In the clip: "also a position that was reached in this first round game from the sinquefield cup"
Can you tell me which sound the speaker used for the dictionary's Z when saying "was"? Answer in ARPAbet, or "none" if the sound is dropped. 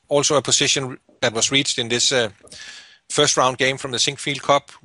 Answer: S